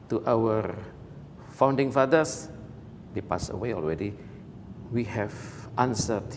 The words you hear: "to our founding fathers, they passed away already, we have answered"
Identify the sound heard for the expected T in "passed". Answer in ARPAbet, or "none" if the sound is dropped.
none